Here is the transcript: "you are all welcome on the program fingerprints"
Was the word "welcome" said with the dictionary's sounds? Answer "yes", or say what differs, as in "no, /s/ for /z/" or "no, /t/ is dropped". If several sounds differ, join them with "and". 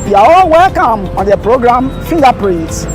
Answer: yes